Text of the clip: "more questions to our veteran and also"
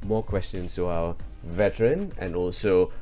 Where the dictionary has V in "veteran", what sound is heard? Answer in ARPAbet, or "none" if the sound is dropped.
V